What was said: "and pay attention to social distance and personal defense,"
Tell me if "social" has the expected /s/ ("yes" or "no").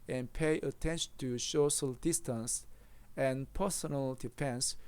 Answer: no